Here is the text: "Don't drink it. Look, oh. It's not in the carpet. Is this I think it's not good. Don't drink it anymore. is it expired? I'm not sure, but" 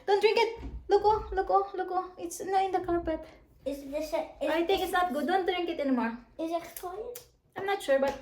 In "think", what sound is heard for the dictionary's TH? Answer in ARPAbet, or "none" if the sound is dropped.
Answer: T